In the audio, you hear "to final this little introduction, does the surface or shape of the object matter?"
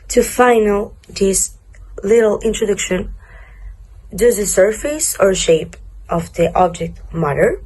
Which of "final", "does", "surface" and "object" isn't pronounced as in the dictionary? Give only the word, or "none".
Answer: none